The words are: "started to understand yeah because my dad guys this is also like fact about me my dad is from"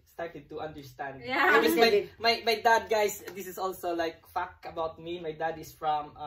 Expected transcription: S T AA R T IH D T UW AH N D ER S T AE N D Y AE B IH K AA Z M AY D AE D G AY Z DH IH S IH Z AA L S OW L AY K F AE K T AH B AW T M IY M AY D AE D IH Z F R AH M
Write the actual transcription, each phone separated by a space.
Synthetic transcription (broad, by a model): S T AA R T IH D T UW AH N D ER S T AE N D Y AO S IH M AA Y M AY D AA D G AY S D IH S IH S AA L S OW L AY K F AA K AH B AW T M IY M AY D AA D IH S F R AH M